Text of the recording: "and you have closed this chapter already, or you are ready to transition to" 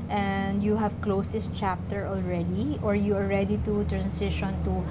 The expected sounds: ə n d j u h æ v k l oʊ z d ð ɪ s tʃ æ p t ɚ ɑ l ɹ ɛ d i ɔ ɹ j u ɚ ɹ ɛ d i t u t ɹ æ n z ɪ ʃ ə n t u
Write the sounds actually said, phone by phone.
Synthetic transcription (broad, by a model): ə n d j u h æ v k l oʊ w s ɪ s tʃ æ p t ɚ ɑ l ɹ ɛ d i ɔ ɹ j u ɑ ɹ ɛ d i t u t ɹ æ n s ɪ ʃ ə n t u